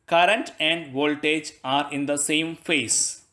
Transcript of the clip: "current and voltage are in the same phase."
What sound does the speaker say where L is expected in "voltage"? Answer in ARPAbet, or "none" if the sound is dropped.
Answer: L